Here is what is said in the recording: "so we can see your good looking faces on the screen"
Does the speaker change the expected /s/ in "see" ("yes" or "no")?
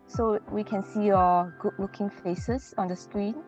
no